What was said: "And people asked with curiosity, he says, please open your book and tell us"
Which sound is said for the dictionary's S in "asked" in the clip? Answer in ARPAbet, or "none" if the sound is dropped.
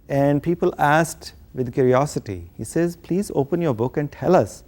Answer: S